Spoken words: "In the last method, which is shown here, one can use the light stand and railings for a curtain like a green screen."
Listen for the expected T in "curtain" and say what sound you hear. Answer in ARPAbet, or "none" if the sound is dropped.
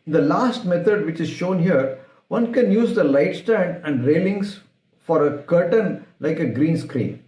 T